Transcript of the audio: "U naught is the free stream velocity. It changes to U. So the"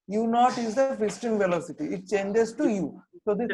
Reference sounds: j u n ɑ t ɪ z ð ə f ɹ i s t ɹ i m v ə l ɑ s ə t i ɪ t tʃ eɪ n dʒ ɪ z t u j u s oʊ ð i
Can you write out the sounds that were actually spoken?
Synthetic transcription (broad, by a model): j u n ɑ t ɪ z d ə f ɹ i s t i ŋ v ə l ɑ s ə t i ɪ t tʃ eɪ n dʒ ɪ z t u j u s oʊ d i